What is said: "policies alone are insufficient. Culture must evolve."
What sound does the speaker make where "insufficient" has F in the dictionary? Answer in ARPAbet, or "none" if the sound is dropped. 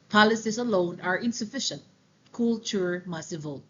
F